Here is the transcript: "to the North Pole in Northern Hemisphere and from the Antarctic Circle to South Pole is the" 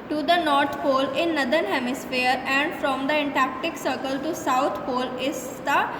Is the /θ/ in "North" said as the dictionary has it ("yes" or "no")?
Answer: no